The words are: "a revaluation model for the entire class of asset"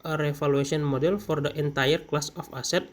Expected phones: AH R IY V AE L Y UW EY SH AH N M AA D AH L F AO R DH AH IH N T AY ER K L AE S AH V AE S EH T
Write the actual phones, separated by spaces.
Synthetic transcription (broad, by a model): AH R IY F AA L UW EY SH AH N M AA D AH L F AO R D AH IH N T AY ER K L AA S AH F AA S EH T